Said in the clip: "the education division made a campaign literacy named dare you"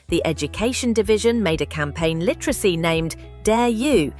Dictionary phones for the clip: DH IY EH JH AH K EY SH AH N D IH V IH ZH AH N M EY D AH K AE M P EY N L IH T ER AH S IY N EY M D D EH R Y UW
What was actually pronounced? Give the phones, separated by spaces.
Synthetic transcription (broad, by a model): DH IY EH JH AH K EY SH AH N D IH V IH ZH AH N M EY D AH K AE M P EY N L IH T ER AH S IY N EY M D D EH Y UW